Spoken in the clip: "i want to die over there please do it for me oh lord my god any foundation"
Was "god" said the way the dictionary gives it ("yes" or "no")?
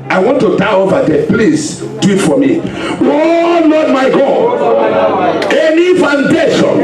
no